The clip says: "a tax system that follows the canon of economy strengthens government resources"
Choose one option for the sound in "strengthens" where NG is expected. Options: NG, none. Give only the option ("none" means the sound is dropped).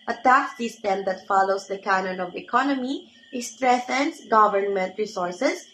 none